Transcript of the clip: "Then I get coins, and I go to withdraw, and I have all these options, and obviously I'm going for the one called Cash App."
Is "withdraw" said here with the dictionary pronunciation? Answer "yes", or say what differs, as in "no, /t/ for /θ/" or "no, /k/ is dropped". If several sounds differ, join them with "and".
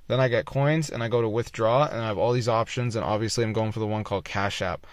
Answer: yes